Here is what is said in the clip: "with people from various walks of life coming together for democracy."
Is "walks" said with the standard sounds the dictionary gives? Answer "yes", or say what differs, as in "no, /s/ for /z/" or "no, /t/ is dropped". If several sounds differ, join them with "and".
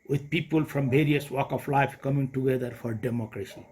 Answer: no, /s/ is dropped